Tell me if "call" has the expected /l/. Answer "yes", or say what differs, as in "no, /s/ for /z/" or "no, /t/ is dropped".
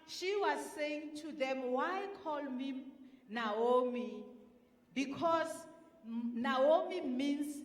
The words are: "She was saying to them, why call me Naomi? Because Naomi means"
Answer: yes